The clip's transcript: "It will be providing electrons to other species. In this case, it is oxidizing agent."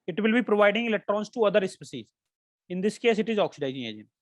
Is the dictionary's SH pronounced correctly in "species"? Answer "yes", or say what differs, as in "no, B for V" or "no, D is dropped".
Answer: no, S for SH